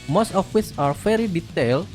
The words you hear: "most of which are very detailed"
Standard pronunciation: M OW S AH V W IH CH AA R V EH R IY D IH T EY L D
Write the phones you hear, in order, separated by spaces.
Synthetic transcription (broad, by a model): M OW S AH F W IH S AA R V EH R IY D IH T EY L